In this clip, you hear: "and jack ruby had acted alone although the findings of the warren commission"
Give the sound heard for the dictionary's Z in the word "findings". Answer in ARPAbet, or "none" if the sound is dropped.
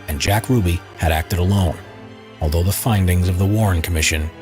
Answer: Z